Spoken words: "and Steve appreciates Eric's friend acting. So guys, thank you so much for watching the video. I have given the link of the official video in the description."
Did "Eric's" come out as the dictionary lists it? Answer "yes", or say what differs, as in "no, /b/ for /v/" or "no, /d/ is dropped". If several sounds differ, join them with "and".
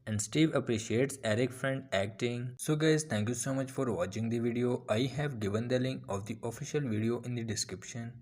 no, /s/ is dropped